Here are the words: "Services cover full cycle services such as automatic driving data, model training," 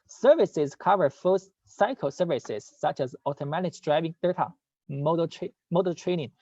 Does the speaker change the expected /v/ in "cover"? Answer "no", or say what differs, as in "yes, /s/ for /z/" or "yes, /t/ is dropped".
no